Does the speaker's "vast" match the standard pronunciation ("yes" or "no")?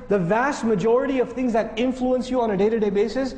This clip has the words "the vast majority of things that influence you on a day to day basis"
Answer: yes